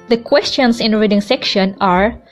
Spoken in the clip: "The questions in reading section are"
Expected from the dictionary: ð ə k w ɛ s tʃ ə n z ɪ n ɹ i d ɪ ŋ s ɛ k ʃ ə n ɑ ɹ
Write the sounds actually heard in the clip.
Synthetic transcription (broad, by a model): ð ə k w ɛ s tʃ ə n s ɪ n ɹ i d ɪ ŋ s ɛ k ʃ ə n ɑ ɹ